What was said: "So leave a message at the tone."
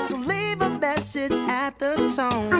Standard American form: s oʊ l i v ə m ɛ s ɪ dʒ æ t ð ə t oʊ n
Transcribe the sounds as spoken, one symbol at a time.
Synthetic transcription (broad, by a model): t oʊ l i v ə m ɛ s ɪ dʒ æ t ð ə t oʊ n